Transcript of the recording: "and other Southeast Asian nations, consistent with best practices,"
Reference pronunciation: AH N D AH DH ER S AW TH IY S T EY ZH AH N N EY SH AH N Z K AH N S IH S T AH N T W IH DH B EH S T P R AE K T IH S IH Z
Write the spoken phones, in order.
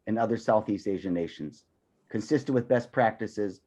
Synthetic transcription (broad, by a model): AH N AH DH ER S AW TH IY S T EY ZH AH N N EY SH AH N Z K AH N S IH S T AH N W IH DH B EH S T P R AE K T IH S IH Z